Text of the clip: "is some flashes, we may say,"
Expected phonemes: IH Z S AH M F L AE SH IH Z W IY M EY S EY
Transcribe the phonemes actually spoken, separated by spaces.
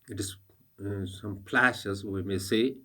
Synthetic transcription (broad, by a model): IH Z S AH M P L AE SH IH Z W IY M EY S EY